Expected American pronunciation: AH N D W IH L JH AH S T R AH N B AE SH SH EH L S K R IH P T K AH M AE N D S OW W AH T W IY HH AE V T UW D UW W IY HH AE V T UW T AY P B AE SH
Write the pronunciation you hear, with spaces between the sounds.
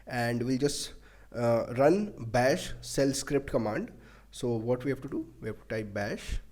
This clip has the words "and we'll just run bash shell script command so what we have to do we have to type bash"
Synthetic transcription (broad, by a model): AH N D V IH L JH AH S T R AH N B AE SH S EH L S K R IH P T K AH M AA N D S OW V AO T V IY HH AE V T UW D UW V IY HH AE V T UW T AY P B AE SH